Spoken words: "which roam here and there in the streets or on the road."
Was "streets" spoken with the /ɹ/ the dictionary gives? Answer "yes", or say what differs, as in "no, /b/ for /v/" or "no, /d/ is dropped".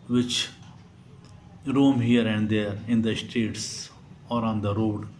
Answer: no, /ɹ/ is dropped